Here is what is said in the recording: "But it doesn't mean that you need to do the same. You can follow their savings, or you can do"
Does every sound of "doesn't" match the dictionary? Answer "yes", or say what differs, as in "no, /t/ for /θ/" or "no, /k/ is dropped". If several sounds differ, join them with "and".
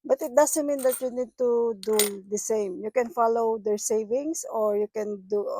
no, /s/ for /z/